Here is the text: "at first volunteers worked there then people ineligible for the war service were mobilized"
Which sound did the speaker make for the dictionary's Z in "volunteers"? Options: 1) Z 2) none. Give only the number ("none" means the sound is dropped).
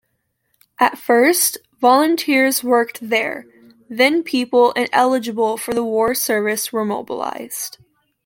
1